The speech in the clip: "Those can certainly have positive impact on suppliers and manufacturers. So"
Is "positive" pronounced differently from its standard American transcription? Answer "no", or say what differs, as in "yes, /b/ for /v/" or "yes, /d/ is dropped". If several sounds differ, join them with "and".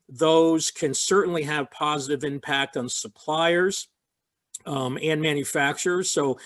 no